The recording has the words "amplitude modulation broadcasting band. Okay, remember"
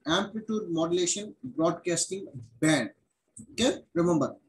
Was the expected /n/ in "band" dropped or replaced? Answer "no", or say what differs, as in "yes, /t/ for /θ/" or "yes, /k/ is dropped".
no